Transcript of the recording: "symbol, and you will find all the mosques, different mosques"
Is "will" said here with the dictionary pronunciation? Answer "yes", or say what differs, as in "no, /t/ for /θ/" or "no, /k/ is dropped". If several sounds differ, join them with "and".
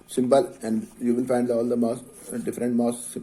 no, /n/ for /l/